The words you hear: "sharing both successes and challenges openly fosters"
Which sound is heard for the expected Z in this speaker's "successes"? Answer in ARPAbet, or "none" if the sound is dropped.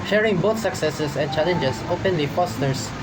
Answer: S